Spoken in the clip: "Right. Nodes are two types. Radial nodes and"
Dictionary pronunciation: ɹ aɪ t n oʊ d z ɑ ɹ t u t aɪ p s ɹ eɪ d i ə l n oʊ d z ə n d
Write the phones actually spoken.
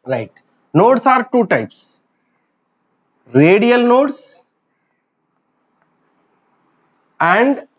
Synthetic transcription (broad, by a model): ɹ aɪ t n oʊ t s ɑ ɹ t u t aɪ p s ɹ eɪ d i ə l n oʊ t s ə n d